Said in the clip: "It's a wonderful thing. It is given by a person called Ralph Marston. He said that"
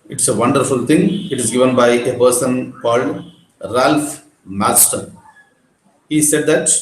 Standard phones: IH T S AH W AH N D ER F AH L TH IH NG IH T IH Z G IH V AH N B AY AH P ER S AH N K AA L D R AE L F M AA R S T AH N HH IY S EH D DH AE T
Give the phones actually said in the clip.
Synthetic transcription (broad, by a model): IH T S AH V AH N D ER F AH L T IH NG IH T IH Z G IH V AH N B AY AH P ER S AH N K AA L D R AE L F M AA L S T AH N HH IY S EH D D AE T